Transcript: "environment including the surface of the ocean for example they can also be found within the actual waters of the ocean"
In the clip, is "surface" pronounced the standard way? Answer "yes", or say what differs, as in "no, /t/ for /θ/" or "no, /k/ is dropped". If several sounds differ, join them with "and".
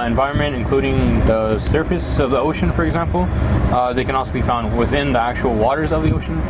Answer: yes